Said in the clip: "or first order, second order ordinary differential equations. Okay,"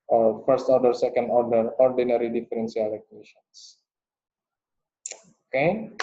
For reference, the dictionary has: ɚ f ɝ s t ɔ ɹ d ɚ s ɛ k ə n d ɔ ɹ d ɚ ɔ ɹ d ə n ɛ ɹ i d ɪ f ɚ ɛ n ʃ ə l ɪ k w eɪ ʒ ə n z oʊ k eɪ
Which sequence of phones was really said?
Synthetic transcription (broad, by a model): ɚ f ɝ s t ɔ ɹ d ɚ s ɛ k ə n d ɔ ɹ d ɚ ɔ ɹ d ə n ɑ ɹ i d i f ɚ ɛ n s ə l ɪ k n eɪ ʃ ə n s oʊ k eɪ